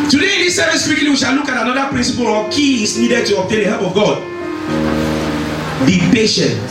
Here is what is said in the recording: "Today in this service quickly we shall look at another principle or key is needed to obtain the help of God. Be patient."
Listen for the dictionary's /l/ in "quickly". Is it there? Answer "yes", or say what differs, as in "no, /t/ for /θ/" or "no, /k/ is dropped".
no, /l/ is dropped